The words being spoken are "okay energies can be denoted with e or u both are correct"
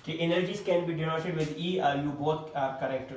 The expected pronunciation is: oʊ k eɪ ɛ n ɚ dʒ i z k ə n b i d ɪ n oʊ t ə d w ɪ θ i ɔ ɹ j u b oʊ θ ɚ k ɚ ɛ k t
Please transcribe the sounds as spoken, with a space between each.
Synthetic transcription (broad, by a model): k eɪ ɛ n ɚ dʒ i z k ə n b i d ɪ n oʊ s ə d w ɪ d i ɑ ɹ j u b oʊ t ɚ k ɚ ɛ k t